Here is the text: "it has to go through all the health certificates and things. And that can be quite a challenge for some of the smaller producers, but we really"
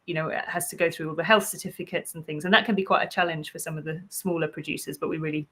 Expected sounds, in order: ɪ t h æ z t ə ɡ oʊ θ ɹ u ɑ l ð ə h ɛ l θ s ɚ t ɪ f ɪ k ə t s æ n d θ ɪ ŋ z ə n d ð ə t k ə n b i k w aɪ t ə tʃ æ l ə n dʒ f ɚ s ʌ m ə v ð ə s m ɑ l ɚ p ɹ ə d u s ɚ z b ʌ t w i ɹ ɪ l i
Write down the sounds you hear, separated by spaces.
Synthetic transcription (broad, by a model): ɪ t h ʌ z t ə ɡ oʊ θ ɹ u ɑ l ð ə h ɛ l θ s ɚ t ɪ f ɪ k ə t s n θ ɪ ŋ z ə n ð ə t k ə n b i k w aɪ t ə tʃ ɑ l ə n ʒ f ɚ s ʌ m ə v ð ə s m ɑ l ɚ p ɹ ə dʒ u s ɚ z b ʌ t w i ɹ ɪ l i